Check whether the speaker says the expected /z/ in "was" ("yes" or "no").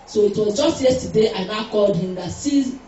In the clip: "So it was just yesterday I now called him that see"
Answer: yes